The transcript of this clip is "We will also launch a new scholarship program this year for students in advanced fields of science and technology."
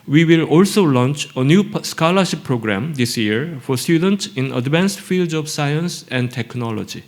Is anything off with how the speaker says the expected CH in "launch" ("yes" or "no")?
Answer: no